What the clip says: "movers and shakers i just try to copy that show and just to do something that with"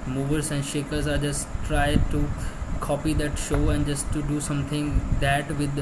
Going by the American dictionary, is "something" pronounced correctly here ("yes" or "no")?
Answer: no